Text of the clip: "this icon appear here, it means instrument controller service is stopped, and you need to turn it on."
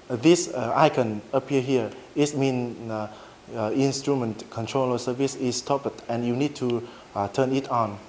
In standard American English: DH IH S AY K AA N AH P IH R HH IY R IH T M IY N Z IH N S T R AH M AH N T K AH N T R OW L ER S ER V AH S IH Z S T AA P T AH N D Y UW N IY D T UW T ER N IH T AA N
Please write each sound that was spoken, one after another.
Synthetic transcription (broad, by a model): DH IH S AY K AA N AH P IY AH HH IY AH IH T M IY N IH N S T R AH M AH N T K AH N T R OW L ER S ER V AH S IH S T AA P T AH N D Y UW N IY D T UW T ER N IH T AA N